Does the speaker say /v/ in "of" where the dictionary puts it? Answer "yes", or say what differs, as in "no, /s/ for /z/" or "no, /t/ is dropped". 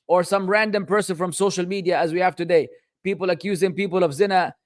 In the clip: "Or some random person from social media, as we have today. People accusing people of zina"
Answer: yes